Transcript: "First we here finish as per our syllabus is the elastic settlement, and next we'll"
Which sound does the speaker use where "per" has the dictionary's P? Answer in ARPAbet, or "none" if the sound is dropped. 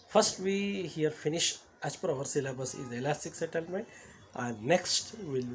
P